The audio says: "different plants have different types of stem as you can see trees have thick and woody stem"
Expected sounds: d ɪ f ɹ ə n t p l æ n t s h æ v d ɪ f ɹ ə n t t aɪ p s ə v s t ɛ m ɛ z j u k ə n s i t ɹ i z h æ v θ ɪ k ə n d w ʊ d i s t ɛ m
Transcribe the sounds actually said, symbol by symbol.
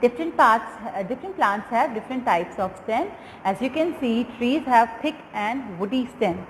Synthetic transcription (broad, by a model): d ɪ f ɹ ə n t p l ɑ n t s h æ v d ɪ f ɹ ə n t t aɪ p s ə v s t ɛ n ɛ z j u k ə n s i t ɹ i z h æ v t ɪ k ə n d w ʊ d i s t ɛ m